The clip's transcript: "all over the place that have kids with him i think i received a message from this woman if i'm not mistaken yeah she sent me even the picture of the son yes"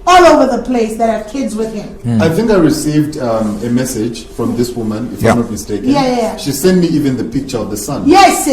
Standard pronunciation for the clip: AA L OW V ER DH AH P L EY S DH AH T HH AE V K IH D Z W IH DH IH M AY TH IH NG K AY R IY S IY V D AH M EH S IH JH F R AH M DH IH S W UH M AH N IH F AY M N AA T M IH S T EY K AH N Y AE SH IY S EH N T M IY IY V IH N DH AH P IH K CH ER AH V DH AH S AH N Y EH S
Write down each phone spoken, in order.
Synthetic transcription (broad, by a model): AA L OW V ER DH AH P L EY S DH AH T HH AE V K IH D Z W IH DH IH M AY TH IH NG K AY R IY S IY V D AH M EH S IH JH F R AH M DH IH S W UH M AH N IH F AY M N AA T M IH S T EY K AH Y AE SH IY S EH N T M IY IY V IH N DH AH P IH K CH ER AH V DH AH S AH N Y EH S